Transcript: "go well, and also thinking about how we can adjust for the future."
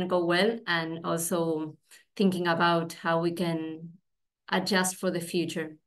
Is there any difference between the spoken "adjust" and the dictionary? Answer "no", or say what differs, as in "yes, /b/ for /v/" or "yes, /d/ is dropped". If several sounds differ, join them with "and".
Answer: no